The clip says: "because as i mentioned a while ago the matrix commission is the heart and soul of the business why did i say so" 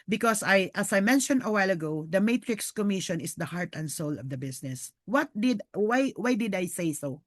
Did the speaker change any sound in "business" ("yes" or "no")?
yes